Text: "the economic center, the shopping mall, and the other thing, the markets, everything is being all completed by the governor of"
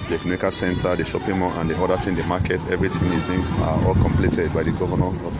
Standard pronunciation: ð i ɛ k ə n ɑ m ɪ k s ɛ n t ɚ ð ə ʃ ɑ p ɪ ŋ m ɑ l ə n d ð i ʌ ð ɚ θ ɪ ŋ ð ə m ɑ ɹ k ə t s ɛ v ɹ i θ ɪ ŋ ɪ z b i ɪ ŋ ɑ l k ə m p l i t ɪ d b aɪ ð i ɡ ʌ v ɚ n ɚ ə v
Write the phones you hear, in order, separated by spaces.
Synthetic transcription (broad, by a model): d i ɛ k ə n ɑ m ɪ k s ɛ n t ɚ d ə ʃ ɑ p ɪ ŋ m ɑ n ə n d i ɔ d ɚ t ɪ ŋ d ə m ɑ k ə t ɛ v ɹ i t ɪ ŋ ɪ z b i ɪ ɑ l k ə m p l i t ɪ d b aɪ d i ɡ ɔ v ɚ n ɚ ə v